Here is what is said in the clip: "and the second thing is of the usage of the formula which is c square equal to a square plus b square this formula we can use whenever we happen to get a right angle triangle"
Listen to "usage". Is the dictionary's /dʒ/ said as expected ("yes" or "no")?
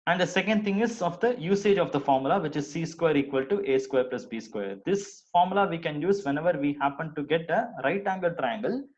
yes